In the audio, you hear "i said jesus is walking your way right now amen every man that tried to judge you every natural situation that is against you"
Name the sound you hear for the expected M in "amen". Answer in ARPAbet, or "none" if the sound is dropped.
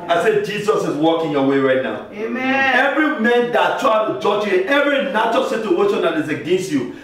none